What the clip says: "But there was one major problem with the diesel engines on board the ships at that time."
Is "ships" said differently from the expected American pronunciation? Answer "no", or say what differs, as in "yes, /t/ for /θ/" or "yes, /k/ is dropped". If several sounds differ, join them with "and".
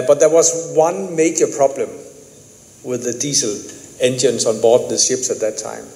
no